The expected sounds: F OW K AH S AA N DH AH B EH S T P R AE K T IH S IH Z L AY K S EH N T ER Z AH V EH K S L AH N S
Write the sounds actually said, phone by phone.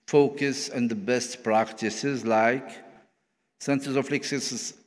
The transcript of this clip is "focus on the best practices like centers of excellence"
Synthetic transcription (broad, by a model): F OW K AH S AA N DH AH B EH S T P R AE K T IH S IH Z L AY K S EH N S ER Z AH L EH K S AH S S